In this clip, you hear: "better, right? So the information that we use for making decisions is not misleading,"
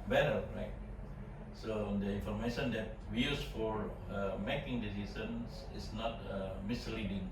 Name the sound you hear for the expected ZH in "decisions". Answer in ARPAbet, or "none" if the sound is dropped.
S